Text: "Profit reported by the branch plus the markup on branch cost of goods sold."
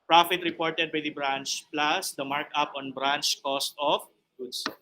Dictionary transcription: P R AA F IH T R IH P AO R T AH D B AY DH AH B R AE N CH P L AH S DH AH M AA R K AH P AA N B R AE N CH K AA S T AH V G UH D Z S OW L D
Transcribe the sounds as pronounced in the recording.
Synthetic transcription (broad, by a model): P R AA F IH T R IH P AO R T AH D B AY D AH B R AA N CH P L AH S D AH M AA R K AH P AA N B R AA N CH K AA S T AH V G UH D S